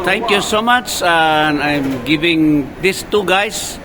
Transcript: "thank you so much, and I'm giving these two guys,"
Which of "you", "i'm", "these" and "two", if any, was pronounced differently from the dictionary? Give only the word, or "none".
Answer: these